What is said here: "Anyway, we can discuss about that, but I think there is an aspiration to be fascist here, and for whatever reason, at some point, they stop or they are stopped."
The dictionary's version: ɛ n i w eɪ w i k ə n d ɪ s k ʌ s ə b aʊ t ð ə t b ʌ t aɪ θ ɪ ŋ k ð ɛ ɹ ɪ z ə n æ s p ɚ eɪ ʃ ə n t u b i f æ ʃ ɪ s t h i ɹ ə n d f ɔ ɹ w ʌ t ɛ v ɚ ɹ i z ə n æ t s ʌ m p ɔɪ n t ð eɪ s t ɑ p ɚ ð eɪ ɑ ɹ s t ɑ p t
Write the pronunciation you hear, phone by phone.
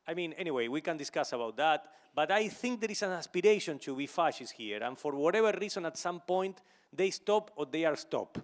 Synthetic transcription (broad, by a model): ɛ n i w eɪ w i k ə n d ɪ s k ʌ s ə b aʊ t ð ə t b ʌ t aɪ θ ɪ ŋ k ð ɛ ɹ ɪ s ə n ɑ s p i eɪ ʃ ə n t u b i f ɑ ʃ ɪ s h i ɹ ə n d f ɔ ɹ w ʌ t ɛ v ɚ ɹ i s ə n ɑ t s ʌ m p ɔɪ n t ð eɪ s t ɑ p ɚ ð eɪ ɑ ɹ s t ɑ p